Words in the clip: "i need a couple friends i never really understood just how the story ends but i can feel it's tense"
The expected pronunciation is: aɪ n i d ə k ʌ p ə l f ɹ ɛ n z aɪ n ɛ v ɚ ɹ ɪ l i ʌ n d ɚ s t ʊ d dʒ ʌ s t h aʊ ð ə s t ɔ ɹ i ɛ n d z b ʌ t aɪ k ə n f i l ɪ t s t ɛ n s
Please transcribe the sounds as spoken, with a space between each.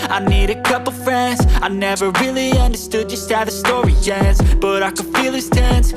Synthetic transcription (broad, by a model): aɪ n i d ə k ʌ p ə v f ɹ ɛ n z aɪ n ɛ v ɚ ɹ ɪ l i ʌ n d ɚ s t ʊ dʒ ʌ s t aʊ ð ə s t ɔ ɹ i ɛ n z b ʌ t aɪ k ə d f i l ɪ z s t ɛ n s